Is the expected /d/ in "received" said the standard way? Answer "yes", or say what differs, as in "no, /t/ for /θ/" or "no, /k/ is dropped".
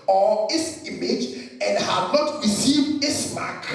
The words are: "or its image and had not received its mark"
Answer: no, /d/ is dropped